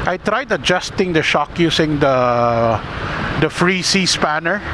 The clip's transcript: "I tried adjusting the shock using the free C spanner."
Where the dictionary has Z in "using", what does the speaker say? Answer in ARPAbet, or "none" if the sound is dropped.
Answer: S